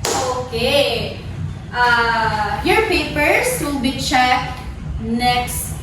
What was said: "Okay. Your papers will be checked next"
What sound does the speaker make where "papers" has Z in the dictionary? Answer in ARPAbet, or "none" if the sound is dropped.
S